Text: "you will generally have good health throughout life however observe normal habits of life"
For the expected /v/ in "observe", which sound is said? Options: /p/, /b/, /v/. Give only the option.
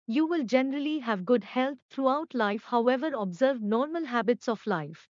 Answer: /v/